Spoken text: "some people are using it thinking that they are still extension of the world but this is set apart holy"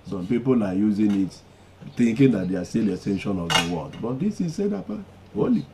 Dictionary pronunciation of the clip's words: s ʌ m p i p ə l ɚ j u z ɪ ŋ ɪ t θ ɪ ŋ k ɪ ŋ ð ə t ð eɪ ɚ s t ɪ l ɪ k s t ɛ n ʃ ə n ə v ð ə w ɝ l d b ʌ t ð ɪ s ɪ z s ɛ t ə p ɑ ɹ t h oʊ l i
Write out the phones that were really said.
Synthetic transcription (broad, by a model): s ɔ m p i p ə l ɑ j u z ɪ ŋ ɪ t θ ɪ ŋ k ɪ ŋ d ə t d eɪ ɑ s t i l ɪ s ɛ n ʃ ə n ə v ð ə w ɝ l d b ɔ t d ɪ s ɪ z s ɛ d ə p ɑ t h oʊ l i